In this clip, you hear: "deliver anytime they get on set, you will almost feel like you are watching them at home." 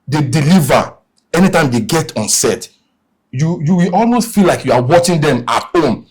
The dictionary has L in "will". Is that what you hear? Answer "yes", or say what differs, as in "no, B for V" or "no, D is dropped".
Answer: no, W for L